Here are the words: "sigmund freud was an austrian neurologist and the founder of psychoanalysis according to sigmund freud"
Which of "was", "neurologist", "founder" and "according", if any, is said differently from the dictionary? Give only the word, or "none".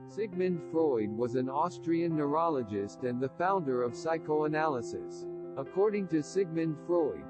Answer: none